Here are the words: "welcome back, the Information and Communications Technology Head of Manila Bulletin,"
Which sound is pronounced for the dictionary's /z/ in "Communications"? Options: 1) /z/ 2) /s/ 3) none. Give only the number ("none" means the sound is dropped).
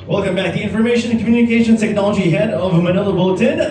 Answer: 3